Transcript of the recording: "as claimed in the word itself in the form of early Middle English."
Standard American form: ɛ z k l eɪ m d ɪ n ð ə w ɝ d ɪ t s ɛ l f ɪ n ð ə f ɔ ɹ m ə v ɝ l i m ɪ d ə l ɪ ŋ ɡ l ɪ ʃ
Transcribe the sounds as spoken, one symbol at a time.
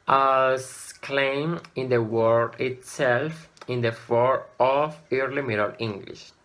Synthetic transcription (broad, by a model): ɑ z k l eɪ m ɪ n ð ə w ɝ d ɪ t s ɛ l f ɪ n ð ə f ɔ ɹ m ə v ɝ l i m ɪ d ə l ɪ ŋ ɡ l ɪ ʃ